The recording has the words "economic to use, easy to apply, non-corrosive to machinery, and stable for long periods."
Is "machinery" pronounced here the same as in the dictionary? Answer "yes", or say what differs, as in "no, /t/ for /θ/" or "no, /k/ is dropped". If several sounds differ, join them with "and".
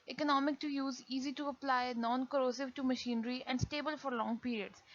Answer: yes